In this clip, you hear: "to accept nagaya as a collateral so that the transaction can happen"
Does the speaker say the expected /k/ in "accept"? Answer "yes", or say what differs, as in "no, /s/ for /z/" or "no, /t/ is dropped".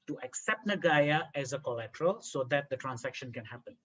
yes